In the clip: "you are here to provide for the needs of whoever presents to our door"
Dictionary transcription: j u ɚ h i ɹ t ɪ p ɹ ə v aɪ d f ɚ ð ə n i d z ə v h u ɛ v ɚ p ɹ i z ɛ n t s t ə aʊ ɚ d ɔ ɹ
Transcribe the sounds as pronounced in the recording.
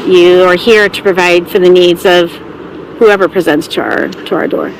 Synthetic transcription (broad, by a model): j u ɚ h i ɹ t ɪ p ɹ ə v aɪ d f ɚ ð ə n i d z ə v h u ɛ v ɚ p ɹ i z ɛ n t s t ə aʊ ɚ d ɔ ɹ